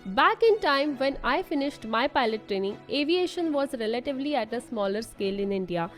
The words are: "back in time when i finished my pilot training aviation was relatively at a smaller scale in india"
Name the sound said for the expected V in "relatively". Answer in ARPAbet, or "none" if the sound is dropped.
V